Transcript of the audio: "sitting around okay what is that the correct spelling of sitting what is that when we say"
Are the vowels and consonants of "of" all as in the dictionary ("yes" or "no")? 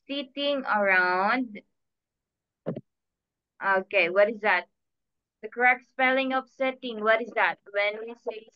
no